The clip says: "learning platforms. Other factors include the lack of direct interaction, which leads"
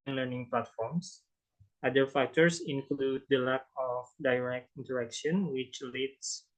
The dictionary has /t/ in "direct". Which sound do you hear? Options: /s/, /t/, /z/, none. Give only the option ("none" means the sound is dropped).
/t/